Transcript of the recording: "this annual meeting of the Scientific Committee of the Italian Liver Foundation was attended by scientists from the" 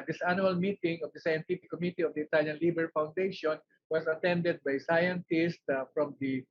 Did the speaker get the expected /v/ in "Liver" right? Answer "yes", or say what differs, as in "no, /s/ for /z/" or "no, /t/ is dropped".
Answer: no, /b/ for /v/